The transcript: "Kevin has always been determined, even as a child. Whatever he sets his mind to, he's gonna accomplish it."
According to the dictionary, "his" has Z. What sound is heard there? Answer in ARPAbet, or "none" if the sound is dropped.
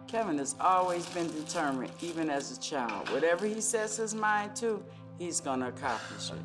Z